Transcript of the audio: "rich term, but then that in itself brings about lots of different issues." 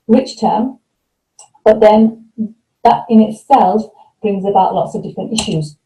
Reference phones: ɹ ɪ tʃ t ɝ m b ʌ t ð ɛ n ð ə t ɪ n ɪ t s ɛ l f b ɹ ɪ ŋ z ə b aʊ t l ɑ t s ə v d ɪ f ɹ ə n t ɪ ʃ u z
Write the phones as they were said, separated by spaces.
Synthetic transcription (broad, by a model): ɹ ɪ tʃ t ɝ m b ʌ t ð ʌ n ð ə t ɪ n ɪ t s ɛ l f b ɹ ɪ ŋ z ə b aʊ t l ɑ t s ə v d ɪ f ɹ ə n t ɪ ʃ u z